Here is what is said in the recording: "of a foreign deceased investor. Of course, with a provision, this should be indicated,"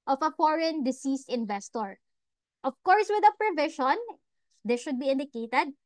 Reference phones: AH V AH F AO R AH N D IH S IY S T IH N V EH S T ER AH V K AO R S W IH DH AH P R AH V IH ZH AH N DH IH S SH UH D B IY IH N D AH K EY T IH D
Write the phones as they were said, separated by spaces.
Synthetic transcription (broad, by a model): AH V AH F AO R AH N D IH S IY S T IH N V EH S T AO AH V K AO R S W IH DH AH P R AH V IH SH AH N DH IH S SH UH D B IY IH N D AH K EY T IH D